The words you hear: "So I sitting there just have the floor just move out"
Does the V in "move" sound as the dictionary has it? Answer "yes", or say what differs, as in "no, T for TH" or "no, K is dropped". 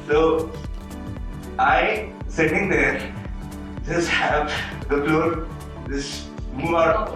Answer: no, V is dropped